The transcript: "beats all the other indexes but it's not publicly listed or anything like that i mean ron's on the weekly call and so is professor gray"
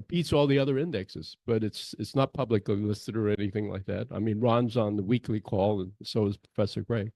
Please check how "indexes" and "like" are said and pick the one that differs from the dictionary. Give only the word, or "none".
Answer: none